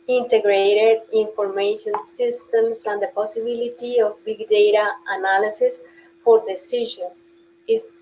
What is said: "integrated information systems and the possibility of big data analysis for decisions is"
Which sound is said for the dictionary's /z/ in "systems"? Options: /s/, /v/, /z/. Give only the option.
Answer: /s/